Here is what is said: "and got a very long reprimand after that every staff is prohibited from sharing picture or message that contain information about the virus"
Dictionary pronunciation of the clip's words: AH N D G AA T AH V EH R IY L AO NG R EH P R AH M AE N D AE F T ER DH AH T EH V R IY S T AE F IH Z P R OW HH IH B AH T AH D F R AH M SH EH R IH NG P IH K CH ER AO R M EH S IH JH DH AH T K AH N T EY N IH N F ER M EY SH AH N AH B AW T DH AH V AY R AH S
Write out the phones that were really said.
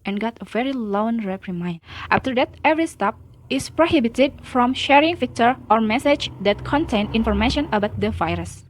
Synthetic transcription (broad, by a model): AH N G AA T AH V EH R IY L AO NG R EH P R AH M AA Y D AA F T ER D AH T EH V R IY S T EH P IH S P R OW HH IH B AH T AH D F R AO M SH EH R IH NG F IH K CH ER AO R M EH S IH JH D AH T K AH N T EY N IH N F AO M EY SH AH N AH B AW T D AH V AY R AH S